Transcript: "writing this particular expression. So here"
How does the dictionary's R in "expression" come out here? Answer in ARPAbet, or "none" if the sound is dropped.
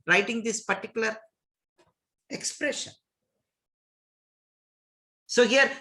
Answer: R